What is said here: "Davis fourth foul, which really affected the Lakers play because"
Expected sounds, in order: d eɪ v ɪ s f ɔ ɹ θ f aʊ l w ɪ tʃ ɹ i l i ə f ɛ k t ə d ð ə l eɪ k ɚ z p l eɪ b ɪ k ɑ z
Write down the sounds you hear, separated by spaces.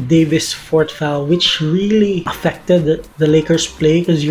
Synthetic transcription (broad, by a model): d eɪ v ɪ s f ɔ ɹ t f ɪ l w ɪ tʃ ɹ i l i ə f ɛ k t ə d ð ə l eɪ k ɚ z p l eɪ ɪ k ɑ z